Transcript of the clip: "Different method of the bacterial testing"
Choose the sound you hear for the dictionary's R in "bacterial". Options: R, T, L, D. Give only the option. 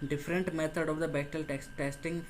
L